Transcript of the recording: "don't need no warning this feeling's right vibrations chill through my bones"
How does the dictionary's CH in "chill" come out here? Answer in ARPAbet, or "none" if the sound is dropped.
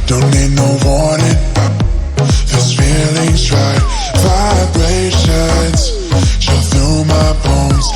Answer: SH